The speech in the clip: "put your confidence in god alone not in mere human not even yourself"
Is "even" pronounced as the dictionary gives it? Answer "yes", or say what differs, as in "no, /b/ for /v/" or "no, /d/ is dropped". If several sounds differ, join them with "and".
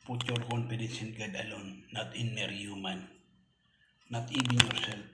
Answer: no, /b/ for /v/